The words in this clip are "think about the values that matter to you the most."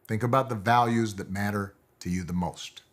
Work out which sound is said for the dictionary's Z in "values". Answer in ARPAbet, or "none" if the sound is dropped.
Z